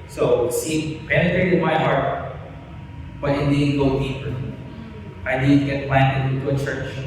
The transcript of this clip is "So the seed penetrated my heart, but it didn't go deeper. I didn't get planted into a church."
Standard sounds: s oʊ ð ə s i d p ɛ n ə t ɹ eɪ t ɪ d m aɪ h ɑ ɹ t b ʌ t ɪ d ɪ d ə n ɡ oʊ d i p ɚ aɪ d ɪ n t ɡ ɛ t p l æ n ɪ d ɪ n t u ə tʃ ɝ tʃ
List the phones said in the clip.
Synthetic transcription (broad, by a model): s oʊ s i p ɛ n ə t ɹ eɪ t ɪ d m aɪ h ɑ ɹ t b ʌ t ɪ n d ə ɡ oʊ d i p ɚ aɪ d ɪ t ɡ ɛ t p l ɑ ɪ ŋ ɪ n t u ə tʃ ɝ tʃ